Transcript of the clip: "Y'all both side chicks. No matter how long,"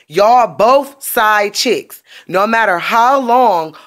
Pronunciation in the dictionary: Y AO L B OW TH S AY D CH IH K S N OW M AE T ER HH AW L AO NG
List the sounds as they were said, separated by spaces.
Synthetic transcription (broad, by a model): Y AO B OW TH S AY D CH IH K S N OW M AE T ER HH AW L AO NG